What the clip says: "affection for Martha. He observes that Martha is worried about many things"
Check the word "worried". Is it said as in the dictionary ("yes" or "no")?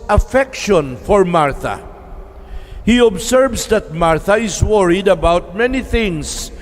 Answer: yes